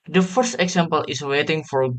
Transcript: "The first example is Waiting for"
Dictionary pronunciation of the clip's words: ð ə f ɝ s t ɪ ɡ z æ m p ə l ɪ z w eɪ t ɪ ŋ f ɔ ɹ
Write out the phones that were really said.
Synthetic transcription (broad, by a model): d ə f ɝ s t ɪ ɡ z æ m p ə l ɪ s w eɪ t ɪ ŋ f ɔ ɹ